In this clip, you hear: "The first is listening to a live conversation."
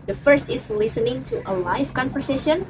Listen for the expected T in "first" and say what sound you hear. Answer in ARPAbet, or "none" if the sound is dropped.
T